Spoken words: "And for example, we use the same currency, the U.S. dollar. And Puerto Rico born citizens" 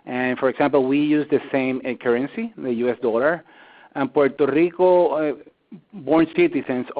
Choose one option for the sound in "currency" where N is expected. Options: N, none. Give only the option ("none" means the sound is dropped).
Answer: N